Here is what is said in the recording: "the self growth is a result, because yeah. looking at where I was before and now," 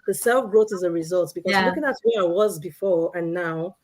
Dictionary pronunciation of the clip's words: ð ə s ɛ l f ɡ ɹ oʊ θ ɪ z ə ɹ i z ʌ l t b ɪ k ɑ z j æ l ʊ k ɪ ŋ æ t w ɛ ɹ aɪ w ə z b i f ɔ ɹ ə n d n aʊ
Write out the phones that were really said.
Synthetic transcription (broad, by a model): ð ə s ɛ l f ɡ ɹ oʊ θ ɪ z ə ɹ i z ʌ l t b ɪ k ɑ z l ʊ k ɪ ŋ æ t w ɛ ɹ aɪ w ə z b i f ɔ ɹ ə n n aʊ